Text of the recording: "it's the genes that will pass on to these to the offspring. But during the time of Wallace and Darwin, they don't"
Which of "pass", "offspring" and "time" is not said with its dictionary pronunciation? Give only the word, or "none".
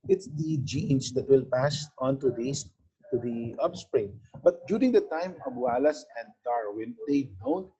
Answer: offspring